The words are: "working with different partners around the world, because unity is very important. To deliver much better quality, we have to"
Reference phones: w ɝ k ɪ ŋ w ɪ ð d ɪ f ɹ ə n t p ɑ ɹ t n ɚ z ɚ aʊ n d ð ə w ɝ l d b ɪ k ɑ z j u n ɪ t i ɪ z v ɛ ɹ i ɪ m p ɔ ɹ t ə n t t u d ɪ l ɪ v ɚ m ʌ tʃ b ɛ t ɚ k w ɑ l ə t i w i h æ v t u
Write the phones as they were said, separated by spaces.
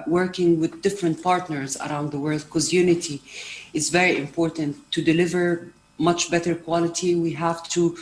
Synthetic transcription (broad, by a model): w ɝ k ɪ ŋ w ɪ ð d ɪ f ɹ ə n t p ɑ ɹ t n ɚ z ɚ aʊ n d ð ə w ɝ l d k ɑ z j u n ɪ t i ɪ z v ɛ ɹ i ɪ m p ɔ ɹ t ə n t t u d ɪ l ɪ v ɚ m ʌ tʃ b ɛ t ɚ k w ɑ l ə t i w i h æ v t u